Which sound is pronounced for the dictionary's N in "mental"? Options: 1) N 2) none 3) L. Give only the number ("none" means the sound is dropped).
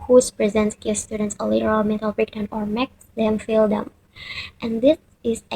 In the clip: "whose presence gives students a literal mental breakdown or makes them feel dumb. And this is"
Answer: 2